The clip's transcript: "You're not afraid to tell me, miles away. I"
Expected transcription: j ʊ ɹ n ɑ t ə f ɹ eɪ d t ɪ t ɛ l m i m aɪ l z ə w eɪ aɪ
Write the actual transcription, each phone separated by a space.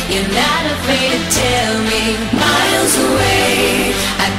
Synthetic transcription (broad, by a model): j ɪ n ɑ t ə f eɪ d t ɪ t ɛ l m i m aɪ l z ə w eɪ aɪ